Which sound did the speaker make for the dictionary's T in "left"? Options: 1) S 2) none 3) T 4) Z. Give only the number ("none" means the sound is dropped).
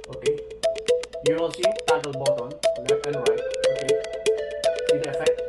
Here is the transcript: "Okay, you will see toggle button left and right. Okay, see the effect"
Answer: 2